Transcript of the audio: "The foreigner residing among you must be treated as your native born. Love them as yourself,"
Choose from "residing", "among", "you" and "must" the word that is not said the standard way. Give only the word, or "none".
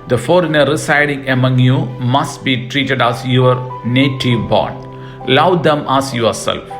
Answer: residing